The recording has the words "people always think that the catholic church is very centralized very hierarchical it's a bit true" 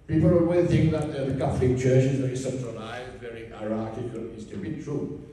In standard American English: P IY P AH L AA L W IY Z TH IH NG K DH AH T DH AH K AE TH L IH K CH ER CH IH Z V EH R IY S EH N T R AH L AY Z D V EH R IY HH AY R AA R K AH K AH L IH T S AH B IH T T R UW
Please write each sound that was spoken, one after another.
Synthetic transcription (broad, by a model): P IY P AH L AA W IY TH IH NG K DH AH T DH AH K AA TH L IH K CH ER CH IH Z V EH R IY S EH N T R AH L AY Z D V EH R IY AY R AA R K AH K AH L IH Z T AH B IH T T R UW